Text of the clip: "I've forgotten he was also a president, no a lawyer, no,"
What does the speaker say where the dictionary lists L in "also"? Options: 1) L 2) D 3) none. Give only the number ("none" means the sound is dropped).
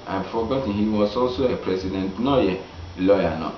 1